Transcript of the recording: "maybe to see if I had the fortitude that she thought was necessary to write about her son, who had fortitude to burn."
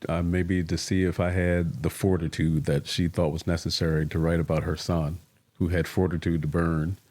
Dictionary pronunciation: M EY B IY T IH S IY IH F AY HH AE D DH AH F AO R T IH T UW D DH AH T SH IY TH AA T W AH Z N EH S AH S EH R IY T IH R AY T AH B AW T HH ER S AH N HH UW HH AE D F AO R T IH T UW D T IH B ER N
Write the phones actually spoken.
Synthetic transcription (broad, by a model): M EY B IY T IH S IY IH F AY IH D DH AH F AO R T IH T UW D DH AH T SH IY TH AA T W AH Z N EH S AH S EH R IY T IH R AY T AH B AW T HH ER S AH N HH UW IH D F AO R T IH T UW D T IH B ER N